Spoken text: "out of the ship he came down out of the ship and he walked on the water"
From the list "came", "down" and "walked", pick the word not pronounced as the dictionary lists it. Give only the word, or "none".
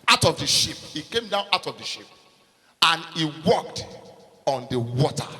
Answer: none